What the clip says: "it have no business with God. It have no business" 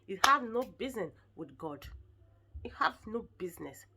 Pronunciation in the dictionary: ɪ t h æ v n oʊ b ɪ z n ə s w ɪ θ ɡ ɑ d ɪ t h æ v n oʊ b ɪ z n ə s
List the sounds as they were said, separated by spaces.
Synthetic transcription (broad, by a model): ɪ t h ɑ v n oʊ b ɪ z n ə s w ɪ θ ɡ ɑ d ɪ t h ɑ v n oʊ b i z n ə s